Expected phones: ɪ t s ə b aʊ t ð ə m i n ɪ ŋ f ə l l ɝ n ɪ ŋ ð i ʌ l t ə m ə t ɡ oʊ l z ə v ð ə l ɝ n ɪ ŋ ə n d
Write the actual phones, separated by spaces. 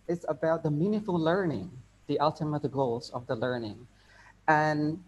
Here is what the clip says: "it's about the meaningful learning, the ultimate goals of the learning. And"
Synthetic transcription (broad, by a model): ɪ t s ə b aʊ t ð ə m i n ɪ f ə l l ɝ n ɪ ŋ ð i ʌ l t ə m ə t ɡ oʊ l z ə v ð ə l ɝ n ɪ ŋ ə n